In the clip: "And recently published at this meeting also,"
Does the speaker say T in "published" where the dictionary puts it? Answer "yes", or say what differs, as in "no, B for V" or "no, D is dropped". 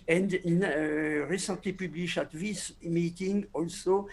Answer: no, T is dropped